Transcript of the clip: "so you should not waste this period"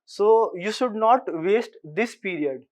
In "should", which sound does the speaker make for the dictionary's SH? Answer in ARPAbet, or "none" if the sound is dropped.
SH